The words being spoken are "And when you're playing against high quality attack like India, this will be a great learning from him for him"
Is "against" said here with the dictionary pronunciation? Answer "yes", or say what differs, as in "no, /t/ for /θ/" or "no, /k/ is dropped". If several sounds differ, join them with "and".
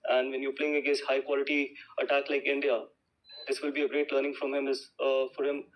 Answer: no, /n/ is dropped